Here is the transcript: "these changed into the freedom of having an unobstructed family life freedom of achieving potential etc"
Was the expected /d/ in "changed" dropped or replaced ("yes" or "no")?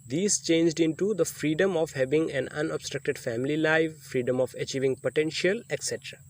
no